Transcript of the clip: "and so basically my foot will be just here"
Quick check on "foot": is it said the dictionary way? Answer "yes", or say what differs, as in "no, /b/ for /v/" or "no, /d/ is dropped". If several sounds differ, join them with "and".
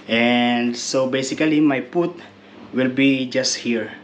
no, /p/ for /f/